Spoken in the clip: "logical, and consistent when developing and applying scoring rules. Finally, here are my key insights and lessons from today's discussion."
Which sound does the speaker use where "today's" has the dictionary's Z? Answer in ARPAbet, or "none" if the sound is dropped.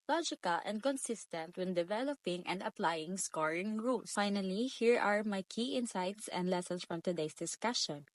S